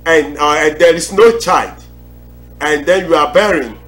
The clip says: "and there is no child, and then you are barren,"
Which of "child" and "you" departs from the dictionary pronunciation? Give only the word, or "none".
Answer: none